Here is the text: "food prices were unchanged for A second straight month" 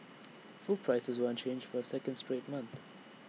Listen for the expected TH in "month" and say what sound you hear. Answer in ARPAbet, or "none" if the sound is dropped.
TH